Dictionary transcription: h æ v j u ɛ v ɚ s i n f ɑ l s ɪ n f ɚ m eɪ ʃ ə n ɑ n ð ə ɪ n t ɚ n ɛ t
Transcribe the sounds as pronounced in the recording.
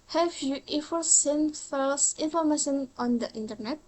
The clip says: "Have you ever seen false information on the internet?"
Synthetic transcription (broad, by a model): h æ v j u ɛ f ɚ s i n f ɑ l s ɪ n f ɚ m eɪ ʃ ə n ɑ n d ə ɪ n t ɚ n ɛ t